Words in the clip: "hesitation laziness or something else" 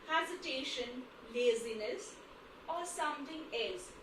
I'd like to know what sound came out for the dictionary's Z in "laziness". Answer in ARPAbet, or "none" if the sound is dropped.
Z